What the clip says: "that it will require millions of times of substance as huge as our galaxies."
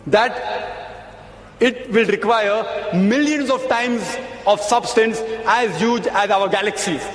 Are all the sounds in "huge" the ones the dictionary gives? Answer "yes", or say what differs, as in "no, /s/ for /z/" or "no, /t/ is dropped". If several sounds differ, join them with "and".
yes